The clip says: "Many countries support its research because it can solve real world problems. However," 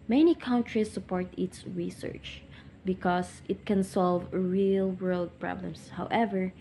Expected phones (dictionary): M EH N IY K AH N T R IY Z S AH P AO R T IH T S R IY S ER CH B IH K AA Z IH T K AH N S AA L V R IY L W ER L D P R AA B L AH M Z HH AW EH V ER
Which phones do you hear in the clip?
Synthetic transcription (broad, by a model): M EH N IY K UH N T R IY S AH P AO R T IH T S R IY S ER CH B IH K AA S IH T K AH N S AA L V R IY L W ER L D P R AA B L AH M S HH AW EH V ER